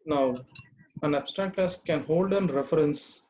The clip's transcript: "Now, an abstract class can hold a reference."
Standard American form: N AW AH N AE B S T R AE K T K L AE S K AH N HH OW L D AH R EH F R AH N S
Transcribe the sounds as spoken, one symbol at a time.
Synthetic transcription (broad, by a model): N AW AH N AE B S T AE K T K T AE S K AH N HH OW L D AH R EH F R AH N S